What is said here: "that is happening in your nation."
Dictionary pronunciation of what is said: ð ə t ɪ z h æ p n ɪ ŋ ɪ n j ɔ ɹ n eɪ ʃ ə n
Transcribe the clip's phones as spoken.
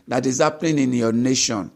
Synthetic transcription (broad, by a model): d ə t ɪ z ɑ p l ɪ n ɪ n j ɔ n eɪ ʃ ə n